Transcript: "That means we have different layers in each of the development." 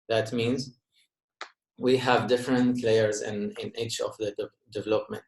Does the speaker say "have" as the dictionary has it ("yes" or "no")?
yes